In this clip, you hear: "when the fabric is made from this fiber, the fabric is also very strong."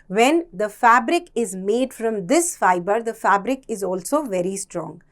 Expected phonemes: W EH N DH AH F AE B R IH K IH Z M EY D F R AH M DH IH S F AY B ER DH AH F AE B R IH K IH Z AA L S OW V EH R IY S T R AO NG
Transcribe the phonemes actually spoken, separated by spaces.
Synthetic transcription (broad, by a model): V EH N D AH F AE B R IH K IH Z M EY D F R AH M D IH S F AY B ER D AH F AE B R IH K IH Z AA L S OW V EH R IY S T R AO NG